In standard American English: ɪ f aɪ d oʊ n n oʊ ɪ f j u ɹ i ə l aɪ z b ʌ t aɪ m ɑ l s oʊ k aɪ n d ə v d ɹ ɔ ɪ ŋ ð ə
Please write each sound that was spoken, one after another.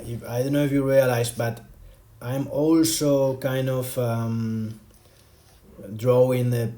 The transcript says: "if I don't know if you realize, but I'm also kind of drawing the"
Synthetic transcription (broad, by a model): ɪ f aɪ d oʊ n n oʊ ɪ f j u ɹ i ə l aɪ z b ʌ t aɪ m ɑ l s oʊ k aɪ n d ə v d ɹ ɔ ɪ ŋ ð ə